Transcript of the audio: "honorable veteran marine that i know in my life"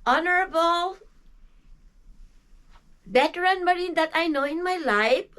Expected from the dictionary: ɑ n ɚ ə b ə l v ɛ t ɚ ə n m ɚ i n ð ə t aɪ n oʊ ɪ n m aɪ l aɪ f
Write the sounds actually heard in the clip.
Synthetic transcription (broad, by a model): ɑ n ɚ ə b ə l b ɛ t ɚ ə n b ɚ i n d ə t aɪ n oʊ ɪ n m aɪ l aɪ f